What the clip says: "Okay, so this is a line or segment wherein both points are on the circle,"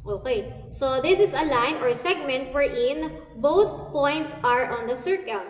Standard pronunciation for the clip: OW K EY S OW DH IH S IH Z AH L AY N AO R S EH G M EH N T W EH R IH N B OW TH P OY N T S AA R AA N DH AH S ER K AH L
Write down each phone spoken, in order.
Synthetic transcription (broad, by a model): OW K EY S OW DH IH S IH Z AH L AY N AO R S EH G M EH N T W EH R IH N B OW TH P OY N T S AA R AA N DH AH S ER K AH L